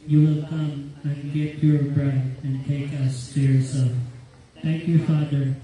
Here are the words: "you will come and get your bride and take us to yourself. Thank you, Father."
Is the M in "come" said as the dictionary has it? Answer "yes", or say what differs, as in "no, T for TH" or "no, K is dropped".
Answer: yes